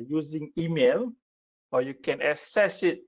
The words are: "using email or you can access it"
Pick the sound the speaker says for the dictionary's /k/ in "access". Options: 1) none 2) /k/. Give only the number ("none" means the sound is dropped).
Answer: 1